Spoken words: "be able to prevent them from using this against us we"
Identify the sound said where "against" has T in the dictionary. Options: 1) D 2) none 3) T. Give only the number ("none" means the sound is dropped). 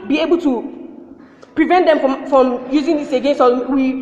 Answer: 2